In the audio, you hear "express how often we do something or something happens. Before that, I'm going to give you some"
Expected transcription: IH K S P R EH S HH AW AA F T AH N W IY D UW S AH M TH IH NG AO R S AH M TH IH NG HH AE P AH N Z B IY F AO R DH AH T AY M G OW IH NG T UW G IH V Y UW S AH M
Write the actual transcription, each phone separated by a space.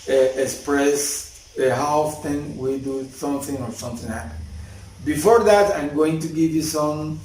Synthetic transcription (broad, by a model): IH K S P R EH S HH AW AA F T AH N W IY D UW S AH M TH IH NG AO R S AH M TH IH NG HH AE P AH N B IY F AO R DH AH T AY M G OW IH NG T UW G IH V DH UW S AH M